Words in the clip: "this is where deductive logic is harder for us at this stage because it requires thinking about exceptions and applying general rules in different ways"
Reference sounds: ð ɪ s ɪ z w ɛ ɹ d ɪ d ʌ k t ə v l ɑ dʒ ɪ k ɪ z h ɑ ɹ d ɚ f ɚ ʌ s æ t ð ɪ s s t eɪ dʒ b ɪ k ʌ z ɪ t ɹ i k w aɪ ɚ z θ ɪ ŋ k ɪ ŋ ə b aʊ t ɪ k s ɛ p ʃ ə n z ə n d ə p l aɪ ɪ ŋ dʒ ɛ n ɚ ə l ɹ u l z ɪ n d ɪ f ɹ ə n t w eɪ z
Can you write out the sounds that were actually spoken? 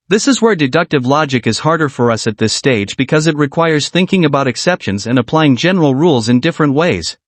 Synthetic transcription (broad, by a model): ð ɪ s ɪ z w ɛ ɹ d ɪ d ʌ k t ə v l ɑ dʒ ɪ k ɪ z h ɑ ɹ d ɚ f ɚ ʌ s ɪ t ð ɪ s s t eɪ dʒ b ɪ k ʌ z ɪ t ɹ i k w aɪ ɚ z θ ɪ ŋ k ɪ ŋ ə b aʊ t ɪ k s ɛ p ʃ ə n z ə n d ə p l aɪ ɪ ŋ dʒ ɛ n ɚ l ɹ u l z ɪ n d ɪ f ɹ ə n t w eɪ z